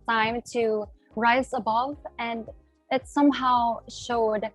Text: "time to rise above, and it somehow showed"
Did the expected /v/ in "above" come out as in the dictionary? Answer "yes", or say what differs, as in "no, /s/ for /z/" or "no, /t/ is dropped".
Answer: yes